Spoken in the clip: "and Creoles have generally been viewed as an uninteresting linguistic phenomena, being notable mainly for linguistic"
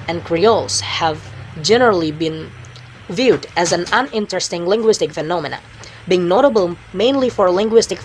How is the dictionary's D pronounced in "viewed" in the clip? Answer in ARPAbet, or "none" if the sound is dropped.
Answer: D